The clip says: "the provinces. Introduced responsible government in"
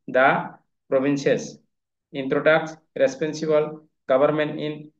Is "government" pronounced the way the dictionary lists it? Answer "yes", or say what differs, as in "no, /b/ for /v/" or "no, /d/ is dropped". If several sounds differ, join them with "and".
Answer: no, /b/ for /v/